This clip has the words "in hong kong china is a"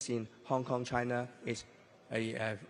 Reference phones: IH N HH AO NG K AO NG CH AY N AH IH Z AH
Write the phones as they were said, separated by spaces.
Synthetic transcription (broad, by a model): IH N HH AO NG K AO NG CH AY N AH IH S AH